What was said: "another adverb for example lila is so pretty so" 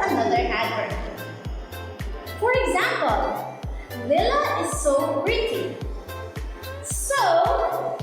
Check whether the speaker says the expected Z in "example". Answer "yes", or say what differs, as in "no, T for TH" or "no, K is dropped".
yes